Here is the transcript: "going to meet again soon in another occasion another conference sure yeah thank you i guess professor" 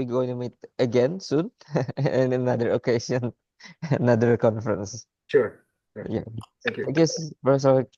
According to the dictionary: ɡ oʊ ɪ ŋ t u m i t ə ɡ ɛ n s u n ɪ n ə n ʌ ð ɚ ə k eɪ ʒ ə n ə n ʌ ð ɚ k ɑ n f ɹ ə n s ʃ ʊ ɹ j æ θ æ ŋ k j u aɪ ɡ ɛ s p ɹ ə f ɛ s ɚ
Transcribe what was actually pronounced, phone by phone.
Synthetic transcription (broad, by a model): ɡ oʊ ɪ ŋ t u m i t ə ɡ ɛ n s u n ɪ n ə n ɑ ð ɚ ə k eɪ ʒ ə n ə n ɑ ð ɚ k ɑ n f ɹ ə n s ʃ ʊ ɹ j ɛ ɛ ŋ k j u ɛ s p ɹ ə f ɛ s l